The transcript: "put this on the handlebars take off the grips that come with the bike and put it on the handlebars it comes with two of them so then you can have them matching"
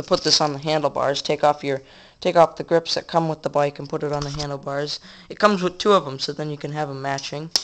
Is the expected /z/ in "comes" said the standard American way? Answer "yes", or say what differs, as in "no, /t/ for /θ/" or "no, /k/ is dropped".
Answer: yes